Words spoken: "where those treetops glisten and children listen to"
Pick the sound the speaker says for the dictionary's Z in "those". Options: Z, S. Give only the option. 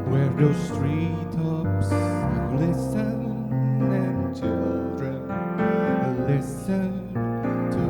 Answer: S